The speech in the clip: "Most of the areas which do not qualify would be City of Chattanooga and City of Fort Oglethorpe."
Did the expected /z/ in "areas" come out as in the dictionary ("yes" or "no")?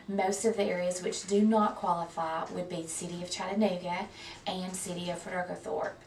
yes